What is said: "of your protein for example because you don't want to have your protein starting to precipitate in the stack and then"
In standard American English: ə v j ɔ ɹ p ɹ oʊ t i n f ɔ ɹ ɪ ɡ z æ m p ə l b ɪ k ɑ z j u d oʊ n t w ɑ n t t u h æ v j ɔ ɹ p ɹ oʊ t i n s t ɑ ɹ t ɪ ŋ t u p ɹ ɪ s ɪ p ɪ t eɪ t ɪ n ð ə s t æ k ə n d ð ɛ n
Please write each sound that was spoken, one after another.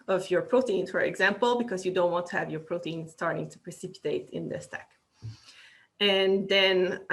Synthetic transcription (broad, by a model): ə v j ɔ ɹ p ɹ oʊ t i n f ɔ ɹ ɪ ɡ z æ m p ə l b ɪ k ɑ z j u d oʊ n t w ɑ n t t u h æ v j ɔ ɹ p ɹ oʊ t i n s t ɑ ɹ t ɪ ŋ t u p ɹ ɪ s ɪ p ɪ t eɪ t ɪ n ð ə s t æ k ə n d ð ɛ n